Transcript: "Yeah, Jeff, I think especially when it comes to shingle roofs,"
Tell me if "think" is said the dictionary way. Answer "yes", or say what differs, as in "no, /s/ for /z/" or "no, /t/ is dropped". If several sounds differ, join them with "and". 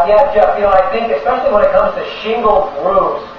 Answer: yes